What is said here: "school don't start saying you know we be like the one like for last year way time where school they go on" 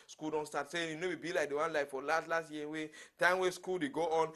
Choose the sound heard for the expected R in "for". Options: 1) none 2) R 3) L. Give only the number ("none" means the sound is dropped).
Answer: 3